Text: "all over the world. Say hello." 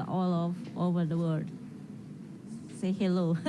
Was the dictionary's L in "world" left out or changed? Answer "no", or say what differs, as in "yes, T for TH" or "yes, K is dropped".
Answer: yes, L is dropped